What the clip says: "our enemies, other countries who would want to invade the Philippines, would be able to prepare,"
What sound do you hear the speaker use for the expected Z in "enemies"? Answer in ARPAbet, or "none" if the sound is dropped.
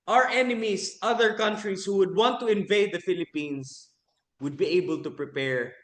S